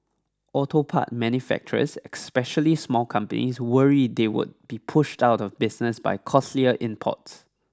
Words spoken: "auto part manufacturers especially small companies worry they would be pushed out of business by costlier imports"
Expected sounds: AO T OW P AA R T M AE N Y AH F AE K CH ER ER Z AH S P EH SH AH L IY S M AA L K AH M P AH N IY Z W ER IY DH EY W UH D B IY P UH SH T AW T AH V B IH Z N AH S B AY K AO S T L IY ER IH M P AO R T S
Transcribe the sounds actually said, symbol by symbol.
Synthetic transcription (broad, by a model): AO T OW P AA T M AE N Y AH F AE K CH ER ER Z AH S P EH SH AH L IY S M AA L K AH M P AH N IY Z W ER IY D EY W UH D B IY P UH SH T AW T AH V B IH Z N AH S B AY K AO S L IY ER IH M P AO T S